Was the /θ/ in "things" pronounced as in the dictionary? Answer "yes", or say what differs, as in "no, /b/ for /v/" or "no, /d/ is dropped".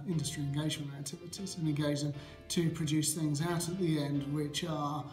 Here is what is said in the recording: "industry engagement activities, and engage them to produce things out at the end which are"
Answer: yes